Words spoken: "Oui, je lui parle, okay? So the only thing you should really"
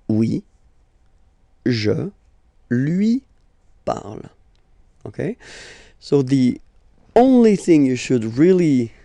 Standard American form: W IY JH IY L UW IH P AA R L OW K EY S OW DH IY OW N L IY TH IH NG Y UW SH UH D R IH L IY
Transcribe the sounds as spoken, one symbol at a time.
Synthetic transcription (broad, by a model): W IY ZH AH L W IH P AA R L OW K EY S OW DH IY OW N L IY TH IH NG Y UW SH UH D R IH L IY